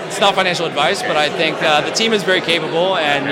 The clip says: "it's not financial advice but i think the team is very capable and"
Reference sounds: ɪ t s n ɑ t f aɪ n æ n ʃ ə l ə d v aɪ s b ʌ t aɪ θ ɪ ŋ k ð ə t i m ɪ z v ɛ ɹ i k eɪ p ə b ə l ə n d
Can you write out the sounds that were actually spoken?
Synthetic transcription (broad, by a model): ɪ t s n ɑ t f aɪ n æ n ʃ l ə d v aɪ s b ʌ t aɪ θ ɪ ŋ k ð ə t i m ɪ z v ɛ ɹ i k eɪ p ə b l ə n